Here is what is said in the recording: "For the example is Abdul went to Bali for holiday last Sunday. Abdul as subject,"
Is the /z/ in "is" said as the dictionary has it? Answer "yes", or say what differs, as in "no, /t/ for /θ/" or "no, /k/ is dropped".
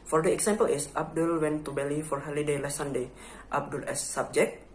no, /s/ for /z/